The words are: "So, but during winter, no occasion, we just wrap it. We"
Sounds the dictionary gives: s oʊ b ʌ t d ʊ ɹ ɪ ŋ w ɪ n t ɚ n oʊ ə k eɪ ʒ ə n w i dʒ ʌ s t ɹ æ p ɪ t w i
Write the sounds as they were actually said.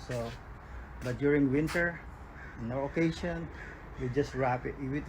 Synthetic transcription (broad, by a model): s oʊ b ʌ t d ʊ ɹ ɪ ŋ w ɪ n t ɚ n oʊ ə k eɪ ʃ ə n w i dʒ ʌ s t ɹ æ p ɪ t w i